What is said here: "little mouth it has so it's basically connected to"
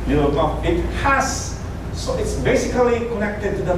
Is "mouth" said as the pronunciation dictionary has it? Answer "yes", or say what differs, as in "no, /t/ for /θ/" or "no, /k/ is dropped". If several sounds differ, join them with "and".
no, /f/ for /θ/